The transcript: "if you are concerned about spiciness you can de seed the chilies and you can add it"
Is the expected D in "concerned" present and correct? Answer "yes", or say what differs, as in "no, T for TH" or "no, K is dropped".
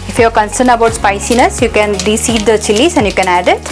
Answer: no, D is dropped